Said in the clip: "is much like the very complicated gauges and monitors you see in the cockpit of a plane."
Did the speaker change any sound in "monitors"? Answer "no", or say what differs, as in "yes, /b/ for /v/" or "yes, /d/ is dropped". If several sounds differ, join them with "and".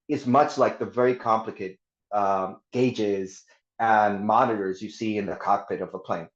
no